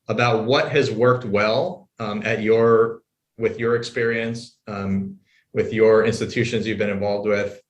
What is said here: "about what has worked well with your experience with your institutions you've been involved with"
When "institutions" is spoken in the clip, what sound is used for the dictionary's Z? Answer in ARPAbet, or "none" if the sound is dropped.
Z